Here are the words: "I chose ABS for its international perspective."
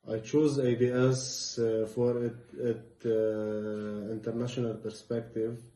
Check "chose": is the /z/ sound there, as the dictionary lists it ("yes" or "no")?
yes